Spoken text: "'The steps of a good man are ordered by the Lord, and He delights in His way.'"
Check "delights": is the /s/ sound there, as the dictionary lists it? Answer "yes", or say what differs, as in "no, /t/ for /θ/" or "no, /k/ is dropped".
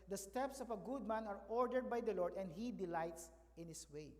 yes